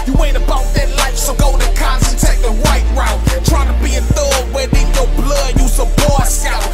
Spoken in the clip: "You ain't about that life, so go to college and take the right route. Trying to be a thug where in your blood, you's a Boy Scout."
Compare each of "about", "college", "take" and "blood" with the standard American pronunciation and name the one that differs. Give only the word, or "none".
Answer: college